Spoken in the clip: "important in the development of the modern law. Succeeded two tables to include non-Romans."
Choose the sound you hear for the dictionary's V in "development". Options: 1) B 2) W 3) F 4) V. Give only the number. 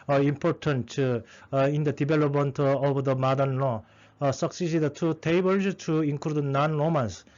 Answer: 1